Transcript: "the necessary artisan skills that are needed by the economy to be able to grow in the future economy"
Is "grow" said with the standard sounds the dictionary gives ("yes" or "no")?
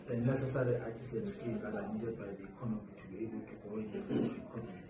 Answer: no